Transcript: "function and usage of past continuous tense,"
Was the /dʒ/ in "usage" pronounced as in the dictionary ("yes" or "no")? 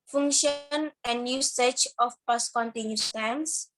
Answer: no